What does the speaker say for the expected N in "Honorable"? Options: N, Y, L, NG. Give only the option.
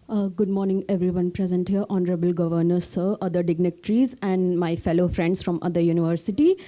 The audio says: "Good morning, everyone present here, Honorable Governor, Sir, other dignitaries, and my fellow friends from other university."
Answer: N